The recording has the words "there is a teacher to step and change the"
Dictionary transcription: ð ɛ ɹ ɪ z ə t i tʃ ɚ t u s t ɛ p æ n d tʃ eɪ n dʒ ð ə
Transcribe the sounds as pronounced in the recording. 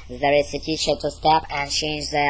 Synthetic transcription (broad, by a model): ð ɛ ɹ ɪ s ə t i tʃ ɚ t u s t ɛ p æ n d tʃ eɪ n dʒ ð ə